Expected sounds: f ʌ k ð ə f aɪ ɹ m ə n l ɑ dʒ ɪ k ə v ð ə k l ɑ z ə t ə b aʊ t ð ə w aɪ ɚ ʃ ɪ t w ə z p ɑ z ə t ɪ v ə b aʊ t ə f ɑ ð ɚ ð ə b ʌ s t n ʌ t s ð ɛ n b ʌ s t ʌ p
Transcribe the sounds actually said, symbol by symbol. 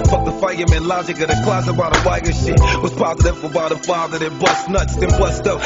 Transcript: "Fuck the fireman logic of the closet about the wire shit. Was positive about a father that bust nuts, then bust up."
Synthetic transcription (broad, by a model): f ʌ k ð ə f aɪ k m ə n l ɑ dʒ ɪ k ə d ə k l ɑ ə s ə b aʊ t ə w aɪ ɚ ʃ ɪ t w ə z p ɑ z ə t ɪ f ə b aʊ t ə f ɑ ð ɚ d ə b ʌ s n ʌ t s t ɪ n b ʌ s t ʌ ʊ